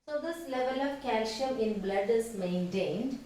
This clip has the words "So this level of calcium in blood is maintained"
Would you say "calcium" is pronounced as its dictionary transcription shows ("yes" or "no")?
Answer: no